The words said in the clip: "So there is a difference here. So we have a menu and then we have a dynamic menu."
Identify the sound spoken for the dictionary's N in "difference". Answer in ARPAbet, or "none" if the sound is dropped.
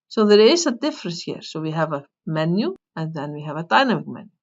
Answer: none